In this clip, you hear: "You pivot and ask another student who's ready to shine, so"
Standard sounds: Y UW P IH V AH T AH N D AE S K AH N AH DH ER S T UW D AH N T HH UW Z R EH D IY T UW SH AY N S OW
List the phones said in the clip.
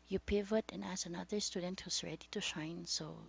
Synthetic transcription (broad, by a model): Y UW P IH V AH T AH N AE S AH N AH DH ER S T UW D AH N T HH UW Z R EH D IY T UW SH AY N S OW